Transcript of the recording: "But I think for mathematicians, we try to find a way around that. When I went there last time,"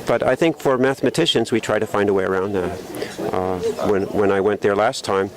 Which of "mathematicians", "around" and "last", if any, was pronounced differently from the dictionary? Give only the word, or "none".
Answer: none